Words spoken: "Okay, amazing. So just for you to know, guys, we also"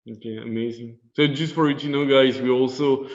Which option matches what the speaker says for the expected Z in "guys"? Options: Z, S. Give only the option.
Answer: Z